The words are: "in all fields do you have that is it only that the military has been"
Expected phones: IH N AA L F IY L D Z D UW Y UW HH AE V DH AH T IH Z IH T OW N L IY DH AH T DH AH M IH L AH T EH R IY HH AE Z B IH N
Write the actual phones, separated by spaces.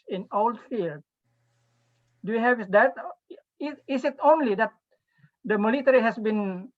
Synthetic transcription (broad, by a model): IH N AA L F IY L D D UW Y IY HH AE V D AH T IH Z IH T OW N L IY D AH T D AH M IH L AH T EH R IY HH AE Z B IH N